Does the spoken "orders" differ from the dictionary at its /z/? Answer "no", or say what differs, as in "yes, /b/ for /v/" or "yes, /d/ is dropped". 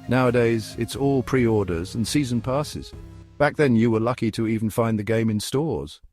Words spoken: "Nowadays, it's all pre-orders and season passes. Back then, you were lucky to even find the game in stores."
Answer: no